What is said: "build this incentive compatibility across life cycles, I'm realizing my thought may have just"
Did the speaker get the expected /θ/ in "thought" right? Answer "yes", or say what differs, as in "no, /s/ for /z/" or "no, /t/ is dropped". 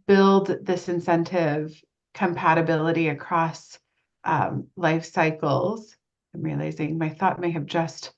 yes